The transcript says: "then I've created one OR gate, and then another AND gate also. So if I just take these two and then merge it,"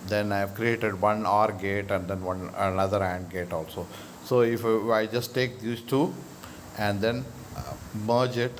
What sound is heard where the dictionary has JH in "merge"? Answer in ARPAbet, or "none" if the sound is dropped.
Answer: JH